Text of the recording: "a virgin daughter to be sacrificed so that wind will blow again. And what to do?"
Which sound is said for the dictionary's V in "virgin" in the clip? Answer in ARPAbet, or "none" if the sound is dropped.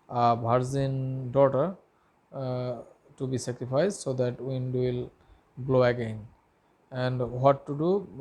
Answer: B